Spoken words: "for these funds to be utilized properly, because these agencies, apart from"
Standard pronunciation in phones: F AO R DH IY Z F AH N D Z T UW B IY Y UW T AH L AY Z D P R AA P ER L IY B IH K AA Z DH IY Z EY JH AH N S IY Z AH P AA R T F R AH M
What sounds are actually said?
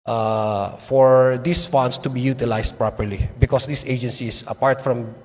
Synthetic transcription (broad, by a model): F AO R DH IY S F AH N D S T UW B IY Y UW T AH L AY S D P R AA P ER L IY B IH K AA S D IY S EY JH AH N S IY S AH P AA R T F R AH M